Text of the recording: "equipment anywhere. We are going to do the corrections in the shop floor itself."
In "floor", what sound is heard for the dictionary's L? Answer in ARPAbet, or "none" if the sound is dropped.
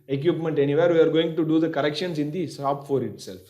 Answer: none